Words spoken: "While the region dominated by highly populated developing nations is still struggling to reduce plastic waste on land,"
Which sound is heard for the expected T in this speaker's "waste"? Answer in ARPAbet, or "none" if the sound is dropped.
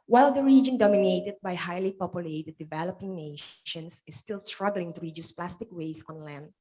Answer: none